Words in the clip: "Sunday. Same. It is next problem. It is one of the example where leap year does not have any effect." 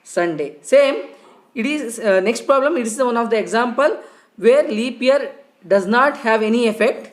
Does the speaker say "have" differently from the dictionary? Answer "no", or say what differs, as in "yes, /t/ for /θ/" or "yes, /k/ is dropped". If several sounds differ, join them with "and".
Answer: no